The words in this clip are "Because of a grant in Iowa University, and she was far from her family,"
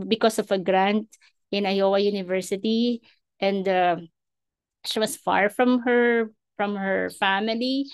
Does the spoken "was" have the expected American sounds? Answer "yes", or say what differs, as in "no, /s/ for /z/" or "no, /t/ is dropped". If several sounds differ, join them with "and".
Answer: no, /s/ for /z/